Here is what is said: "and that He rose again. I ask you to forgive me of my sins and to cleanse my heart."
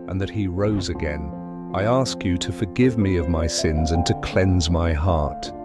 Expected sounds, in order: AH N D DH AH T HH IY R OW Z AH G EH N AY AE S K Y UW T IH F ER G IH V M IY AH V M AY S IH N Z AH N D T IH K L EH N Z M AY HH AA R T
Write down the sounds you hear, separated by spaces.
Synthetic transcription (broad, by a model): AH N DH AH T HH IY R OW Z AH G EH N AY AE S K Y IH T IH F ER G IH V M IY AH V M AY S IH N Z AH N T IH K L EH N Z M AY HH AA R T